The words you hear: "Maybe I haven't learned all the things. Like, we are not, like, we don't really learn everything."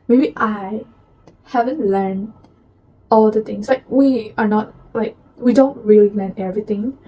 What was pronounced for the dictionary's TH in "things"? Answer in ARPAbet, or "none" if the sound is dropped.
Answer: T